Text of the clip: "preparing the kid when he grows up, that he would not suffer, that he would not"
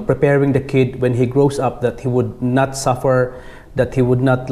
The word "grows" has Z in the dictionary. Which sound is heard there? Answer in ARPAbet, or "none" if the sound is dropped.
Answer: S